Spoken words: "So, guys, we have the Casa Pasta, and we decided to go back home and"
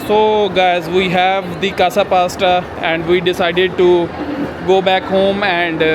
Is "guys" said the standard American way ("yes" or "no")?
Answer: yes